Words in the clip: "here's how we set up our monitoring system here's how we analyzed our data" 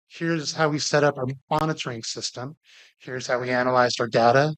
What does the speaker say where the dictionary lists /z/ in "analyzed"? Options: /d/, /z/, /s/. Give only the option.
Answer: /z/